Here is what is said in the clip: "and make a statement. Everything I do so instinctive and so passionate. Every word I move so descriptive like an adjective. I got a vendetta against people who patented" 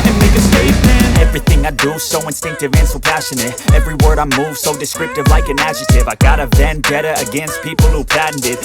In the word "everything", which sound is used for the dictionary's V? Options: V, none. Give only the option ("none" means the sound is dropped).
V